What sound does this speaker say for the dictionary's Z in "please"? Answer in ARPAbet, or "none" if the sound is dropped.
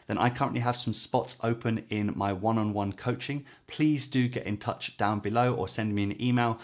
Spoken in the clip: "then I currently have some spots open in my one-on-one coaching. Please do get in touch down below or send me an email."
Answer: Z